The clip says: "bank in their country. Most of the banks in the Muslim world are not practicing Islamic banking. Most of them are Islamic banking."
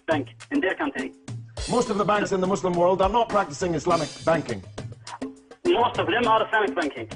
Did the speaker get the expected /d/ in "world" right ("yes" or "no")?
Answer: yes